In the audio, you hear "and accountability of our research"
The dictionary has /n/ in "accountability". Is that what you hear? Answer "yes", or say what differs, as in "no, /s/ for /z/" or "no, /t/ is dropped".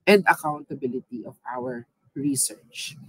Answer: yes